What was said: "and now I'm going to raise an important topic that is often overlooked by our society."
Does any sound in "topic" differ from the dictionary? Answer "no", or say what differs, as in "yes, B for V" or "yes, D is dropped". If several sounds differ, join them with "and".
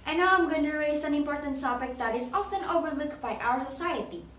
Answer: yes, S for T